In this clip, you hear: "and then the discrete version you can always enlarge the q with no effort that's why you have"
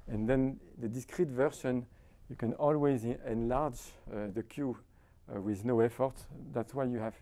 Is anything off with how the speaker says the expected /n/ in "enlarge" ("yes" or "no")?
no